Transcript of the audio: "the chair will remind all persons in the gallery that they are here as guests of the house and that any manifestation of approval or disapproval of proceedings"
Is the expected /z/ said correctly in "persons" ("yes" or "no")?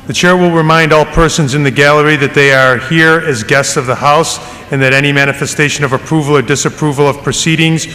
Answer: yes